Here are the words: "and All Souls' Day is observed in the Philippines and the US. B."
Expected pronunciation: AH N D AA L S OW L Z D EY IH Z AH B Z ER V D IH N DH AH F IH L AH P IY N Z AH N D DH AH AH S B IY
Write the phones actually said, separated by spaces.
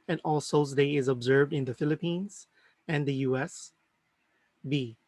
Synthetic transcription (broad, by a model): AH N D AA L S OW Z D EY IH Z AH B Z ER V D IH N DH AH F IH L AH P IY N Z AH N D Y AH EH S B IY